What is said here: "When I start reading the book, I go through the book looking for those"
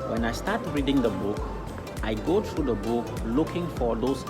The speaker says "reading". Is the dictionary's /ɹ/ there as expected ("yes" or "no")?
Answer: yes